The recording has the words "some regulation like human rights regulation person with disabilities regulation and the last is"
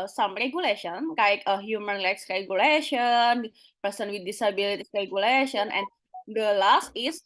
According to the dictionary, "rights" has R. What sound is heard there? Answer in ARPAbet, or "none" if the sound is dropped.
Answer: L